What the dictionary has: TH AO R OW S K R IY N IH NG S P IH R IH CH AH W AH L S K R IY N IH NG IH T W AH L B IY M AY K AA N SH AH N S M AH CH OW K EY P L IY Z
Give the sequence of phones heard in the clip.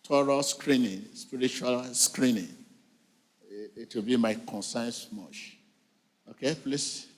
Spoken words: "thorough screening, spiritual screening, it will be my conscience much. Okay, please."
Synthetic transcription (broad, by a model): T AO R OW S K R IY N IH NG S P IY R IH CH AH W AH L S K R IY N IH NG IH T W AH L B IY M AY K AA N S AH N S M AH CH OW K EY P L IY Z